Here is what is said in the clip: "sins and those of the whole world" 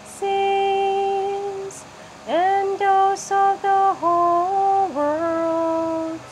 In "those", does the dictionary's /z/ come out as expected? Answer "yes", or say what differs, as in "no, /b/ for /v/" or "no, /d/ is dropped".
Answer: no, /s/ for /z/